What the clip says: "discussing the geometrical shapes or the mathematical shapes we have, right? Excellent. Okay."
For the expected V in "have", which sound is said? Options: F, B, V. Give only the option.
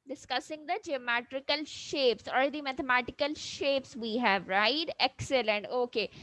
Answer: V